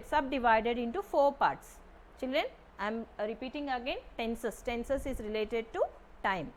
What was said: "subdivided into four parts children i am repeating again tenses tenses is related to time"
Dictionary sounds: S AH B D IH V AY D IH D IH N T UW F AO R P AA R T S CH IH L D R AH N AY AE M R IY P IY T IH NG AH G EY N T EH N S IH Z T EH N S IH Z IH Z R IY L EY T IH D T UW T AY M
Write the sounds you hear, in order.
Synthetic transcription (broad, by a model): S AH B D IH V AY D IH D IH N T UW F AO R P AA R T S CH IH L D R AH N AY M R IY P IY T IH NG AH G EY N T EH N S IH S T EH N S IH S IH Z R IY L EY T IH D T UW T AY M